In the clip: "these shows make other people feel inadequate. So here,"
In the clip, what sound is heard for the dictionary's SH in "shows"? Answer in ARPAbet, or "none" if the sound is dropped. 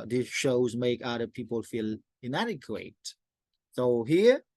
SH